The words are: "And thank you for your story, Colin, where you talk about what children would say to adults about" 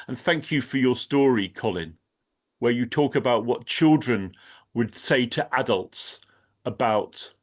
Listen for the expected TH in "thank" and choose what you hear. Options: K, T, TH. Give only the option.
TH